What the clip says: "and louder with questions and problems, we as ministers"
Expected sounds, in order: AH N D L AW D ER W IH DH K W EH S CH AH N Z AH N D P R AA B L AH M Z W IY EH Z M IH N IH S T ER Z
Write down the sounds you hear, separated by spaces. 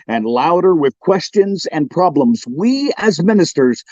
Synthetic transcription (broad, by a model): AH N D L AW D ER W IH DH K W EH S CH AH N Z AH N P R AA B L AH M Z W IY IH Z M IH N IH S T ER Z